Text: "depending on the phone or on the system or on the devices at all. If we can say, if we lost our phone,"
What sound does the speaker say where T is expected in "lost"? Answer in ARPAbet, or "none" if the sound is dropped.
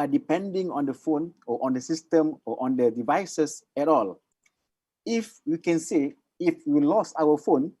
none